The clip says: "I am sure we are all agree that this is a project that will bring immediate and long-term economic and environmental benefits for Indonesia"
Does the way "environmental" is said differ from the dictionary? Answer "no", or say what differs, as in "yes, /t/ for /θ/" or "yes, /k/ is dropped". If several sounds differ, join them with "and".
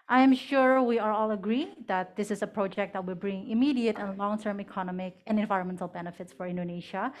no